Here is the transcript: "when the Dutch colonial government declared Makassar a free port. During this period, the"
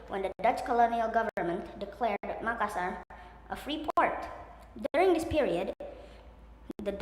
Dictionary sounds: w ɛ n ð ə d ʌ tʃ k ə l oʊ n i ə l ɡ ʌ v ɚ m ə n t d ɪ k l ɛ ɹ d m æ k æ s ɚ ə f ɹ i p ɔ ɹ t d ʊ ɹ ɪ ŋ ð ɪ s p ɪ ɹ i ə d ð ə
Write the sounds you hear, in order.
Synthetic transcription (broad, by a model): w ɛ n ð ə d ʌ tʃ k ə l oʊ n i ə l ɡ ʌ v ɚ m ə n t d ɪ k l ɛ ɹ d m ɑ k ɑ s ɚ ə f ɹ i p ɔ ɹ t d ʊ ɹ ɪ ŋ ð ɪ s p ɪ ɹ i ə d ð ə